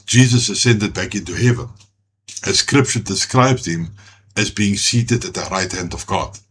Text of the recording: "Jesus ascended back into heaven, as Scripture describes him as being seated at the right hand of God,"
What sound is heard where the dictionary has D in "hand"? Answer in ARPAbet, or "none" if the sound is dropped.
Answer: D